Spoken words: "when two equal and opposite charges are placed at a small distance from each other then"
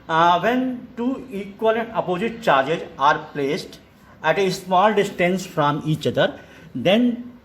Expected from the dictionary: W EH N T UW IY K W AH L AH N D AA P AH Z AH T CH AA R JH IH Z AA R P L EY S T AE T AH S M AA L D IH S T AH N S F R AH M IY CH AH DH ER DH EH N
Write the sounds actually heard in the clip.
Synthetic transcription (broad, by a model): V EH N T UW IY K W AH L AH N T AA P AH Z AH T CH AA R JH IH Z AA R P L EY S T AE T AH S M AA L D IH S T AH N S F R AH M IY CH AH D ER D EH N